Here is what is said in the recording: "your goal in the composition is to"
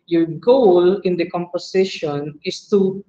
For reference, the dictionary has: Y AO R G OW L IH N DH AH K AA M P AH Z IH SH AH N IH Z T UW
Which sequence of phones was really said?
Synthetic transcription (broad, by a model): Y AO R G OW L IH N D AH K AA M P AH S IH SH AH N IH S T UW